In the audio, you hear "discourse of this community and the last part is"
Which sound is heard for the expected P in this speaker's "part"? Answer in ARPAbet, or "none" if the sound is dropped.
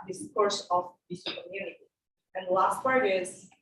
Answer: F